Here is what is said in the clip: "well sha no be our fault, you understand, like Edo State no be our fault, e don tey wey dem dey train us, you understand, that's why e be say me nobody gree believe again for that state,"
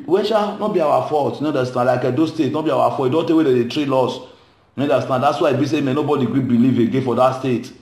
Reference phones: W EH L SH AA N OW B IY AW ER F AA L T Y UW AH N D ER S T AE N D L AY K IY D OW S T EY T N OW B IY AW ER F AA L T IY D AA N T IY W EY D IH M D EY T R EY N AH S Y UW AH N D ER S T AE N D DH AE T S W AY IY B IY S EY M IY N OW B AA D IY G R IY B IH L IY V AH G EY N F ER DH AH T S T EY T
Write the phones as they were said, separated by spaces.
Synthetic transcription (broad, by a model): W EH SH AA N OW B IY AW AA F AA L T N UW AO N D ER S T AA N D L AY K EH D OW S T EY T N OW B IY AW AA F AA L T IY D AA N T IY W EY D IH D EY T R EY L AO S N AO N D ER S T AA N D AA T S W AY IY B IY S EY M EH N OW B AA D IY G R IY B IH L IY V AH G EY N F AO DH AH T S T EY T